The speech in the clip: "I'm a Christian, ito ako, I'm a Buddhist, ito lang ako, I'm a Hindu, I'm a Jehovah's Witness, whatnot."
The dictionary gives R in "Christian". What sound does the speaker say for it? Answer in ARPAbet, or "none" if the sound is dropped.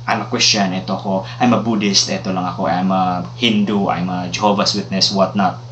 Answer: W